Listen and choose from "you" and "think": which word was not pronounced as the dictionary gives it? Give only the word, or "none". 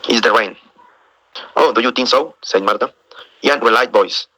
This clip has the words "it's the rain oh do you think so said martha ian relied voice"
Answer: think